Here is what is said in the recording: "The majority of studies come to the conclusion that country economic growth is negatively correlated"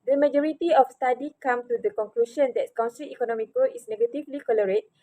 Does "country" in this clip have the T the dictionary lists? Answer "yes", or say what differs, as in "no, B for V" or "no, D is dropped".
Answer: no, S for T